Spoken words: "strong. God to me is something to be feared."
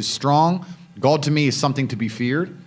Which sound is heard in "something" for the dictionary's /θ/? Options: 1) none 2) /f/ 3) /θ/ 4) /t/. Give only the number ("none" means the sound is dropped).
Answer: 3